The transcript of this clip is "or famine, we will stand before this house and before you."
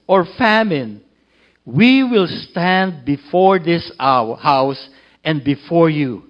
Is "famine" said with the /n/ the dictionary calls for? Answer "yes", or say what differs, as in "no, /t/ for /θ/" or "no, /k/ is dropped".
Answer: yes